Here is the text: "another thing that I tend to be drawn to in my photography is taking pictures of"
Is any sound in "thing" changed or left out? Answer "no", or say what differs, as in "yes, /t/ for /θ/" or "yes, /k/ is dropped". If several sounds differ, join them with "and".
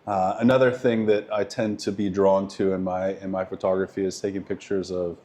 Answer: no